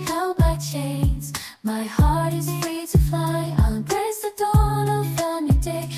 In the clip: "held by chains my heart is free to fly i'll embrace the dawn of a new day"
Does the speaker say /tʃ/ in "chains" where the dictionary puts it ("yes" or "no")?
yes